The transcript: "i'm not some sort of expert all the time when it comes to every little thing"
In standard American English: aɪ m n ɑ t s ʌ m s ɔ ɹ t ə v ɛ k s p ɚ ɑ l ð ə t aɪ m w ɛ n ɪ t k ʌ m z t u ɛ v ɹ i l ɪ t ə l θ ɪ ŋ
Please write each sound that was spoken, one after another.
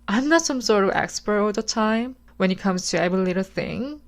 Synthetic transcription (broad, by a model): aɪ m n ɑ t s ʌ m s ɔ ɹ t ə v ɛ k s p ɚ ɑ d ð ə t aɪ m w ɛ n ɪ t k ʌ m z t u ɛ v i l ɪ t ə l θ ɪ ŋ